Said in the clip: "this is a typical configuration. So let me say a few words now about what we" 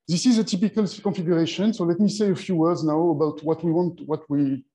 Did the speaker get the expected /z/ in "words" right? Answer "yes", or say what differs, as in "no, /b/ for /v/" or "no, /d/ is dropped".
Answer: yes